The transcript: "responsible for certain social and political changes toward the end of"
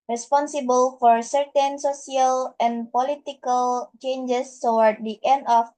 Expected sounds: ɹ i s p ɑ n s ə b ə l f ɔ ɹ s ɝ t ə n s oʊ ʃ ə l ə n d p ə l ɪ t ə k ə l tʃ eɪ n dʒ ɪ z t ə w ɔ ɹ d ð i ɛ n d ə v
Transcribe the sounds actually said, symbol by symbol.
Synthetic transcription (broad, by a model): ɹ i s p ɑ n s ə b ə l f ɔ ɹ s ɝ t ə n s oʊ s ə l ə n p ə l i t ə k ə l tʃ eɪ n dʒ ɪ s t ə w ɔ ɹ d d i ɛ n d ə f